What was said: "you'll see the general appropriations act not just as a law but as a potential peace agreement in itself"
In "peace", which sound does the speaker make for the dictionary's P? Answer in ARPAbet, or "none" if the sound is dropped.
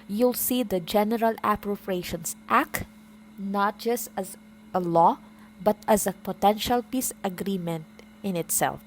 P